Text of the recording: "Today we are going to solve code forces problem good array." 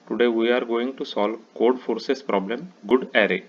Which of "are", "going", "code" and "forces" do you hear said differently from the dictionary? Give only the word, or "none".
forces